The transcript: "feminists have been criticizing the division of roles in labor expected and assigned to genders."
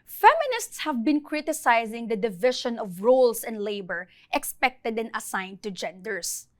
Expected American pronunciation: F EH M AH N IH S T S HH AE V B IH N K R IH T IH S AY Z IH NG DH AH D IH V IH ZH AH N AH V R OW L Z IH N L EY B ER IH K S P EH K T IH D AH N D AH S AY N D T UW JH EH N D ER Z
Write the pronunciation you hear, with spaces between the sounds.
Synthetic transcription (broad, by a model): F EH M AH N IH S T S HH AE V B IH N K R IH T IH S AY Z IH NG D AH D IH V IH SH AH N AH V R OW L S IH N L EY B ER IH K S P EH K T IH D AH N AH S AY N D T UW JH EH N D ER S